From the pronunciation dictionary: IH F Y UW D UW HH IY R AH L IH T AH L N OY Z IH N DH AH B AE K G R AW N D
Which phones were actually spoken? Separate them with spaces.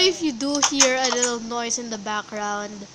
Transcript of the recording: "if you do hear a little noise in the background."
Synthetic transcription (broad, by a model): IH F Y UW D UW HH IY R AH L IH T AH L N OY S IH N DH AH B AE K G R AW N D